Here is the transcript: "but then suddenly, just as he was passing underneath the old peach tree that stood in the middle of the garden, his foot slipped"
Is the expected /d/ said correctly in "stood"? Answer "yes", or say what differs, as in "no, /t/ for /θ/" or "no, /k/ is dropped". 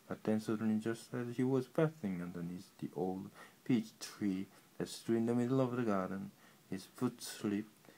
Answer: no, /d/ is dropped